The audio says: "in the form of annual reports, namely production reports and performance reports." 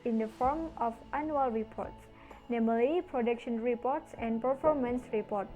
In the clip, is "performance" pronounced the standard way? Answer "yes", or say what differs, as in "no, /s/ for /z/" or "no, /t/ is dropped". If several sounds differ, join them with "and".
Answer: yes